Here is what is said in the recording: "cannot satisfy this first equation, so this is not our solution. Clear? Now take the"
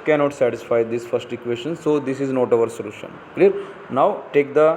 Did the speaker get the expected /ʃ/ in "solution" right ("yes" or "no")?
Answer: yes